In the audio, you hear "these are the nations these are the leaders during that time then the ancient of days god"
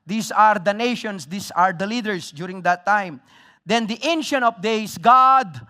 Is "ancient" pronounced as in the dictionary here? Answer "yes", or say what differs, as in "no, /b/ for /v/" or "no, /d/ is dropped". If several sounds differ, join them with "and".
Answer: no, /t/ is dropped